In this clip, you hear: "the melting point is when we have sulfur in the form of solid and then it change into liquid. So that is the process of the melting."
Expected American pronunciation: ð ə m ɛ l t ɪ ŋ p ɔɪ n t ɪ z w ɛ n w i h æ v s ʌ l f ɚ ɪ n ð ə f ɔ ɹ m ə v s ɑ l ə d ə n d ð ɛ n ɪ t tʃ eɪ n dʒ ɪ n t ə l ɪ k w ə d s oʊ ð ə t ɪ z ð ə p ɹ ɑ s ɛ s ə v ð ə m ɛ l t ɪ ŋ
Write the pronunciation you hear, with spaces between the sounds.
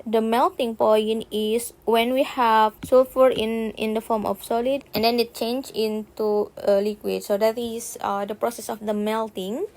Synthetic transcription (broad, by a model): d ə m ɛ l t ɪ ŋ p ɔɪ n ɪ s w ɛ n w i h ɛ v s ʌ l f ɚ ɪ n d ə f ɔ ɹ m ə f s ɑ l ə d ə n d ɛ n ɪ t tʃ eɪ n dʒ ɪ n t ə l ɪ k w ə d s oʊ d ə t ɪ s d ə p ɹ ɑ s ɛ s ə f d ə m ɛ l t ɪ ŋ